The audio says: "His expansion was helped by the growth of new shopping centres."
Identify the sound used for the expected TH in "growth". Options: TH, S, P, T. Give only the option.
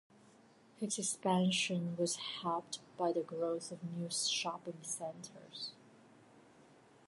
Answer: TH